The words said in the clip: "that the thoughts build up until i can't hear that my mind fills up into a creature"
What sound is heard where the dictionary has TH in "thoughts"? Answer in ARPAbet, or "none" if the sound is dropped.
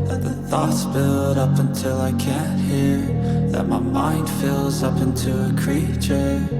TH